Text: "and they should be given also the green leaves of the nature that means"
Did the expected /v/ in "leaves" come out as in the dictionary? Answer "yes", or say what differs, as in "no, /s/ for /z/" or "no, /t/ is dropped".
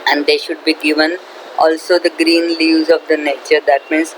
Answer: no, /v/ is dropped